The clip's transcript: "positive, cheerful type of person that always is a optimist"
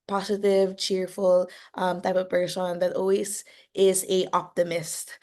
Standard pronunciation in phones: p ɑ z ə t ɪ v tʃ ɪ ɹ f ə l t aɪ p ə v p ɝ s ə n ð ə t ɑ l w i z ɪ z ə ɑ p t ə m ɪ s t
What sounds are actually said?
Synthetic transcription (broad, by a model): p ɑ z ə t ɪ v tʃ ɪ ɹ f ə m t aɪ p ə v b ɝ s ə n ð ə t ɑ l w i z ɪ z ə ɑ p t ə m ɪ s t